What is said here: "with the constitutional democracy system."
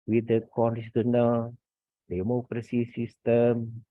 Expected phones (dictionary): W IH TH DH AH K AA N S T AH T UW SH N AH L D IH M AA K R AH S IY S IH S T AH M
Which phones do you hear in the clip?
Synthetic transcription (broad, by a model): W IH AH K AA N T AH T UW N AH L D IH M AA K R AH S IY S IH S T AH M